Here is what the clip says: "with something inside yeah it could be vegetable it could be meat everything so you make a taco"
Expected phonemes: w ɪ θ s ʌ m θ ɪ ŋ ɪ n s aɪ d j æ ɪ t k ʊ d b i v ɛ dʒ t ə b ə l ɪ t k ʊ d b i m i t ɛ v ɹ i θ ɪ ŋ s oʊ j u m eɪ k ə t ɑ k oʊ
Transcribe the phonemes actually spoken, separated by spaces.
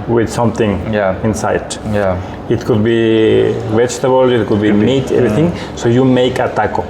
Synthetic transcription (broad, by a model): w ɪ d s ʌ m t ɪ ŋ ɪ n s aɪ d j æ ɪ t k ʊ d b i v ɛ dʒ t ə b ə l ɪ t k ʊ d b i m i t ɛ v ɹ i t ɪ ŋ s oʊ j u m eɪ k ə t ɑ k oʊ